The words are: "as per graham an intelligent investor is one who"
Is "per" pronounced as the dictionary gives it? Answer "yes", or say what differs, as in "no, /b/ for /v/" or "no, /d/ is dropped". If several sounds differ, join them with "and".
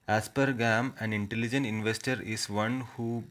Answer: yes